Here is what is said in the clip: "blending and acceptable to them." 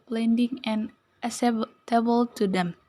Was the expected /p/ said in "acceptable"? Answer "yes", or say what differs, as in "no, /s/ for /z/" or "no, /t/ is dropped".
no, /p/ is dropped